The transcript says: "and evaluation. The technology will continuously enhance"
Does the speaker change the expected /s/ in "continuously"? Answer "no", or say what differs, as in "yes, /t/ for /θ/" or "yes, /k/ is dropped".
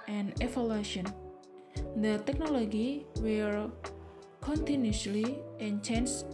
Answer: yes, /s/ is dropped